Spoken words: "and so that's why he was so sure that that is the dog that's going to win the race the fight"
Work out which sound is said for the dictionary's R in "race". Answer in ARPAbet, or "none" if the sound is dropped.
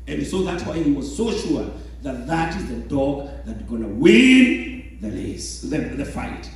L